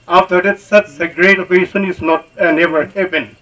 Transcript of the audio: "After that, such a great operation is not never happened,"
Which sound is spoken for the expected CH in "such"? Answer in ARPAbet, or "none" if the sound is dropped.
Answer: S